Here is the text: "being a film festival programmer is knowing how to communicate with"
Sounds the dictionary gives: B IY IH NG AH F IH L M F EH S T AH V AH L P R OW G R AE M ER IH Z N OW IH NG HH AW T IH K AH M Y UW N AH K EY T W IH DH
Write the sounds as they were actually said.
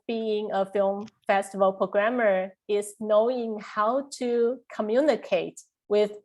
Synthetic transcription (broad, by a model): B IY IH NG AH F IH L M F EH S T AH V AH L P R OW G R AE M ER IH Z N OW IH NG HH AW T IH K AH M Y UW N AH K EY T W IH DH